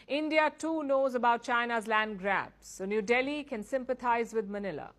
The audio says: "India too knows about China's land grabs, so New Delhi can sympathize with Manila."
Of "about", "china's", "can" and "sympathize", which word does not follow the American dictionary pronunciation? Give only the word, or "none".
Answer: sympathize